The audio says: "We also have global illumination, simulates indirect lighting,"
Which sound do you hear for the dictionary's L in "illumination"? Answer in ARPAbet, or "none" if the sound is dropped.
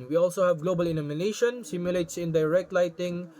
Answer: N